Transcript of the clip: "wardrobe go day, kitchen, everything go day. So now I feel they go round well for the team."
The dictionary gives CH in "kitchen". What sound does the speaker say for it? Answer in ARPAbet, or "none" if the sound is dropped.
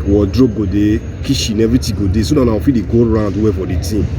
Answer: SH